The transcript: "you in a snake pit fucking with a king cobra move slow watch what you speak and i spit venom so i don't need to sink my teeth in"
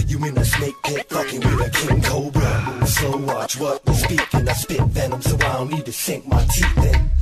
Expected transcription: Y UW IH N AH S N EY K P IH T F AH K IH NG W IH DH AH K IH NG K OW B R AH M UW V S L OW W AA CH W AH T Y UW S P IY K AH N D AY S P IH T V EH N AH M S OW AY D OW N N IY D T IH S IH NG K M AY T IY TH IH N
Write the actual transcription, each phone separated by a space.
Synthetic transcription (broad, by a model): Y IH IH N AH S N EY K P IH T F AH K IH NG W IH DH AH K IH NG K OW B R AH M S OW W AA CH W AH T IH S P IY K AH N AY S P IH T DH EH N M S OW AY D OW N N IY D T IH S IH NG K M AY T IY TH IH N